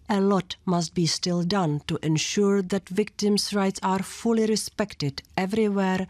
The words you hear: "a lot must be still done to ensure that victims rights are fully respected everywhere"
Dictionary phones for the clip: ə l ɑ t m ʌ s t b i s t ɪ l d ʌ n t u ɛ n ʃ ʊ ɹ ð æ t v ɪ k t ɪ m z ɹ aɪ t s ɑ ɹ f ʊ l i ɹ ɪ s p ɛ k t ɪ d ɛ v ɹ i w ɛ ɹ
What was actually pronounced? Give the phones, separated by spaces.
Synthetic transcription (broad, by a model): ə l ɑ t m ʌ s t b i s t ɪ l d ʌ n t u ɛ n ʃ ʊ ɹ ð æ t v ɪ k t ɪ m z ɹ aɪ t s ɑ ɹ f ʊ l i ɹ ɪ s p ɛ k t ɪ d ɛ v ɹ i w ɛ ɹ